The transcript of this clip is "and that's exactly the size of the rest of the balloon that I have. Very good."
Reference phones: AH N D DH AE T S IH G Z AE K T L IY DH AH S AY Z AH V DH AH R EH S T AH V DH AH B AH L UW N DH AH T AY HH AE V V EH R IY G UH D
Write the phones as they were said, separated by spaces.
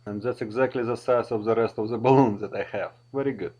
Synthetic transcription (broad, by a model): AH N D DH AE T S IH G Z AE K T L IY DH AH S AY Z AH V DH AH R EH S T AH V DH AH B AH L UW N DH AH T AY HH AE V V EH R IY G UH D